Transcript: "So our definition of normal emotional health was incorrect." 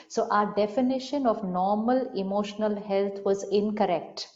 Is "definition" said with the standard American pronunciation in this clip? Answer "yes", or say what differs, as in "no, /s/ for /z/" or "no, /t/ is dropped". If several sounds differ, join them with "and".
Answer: yes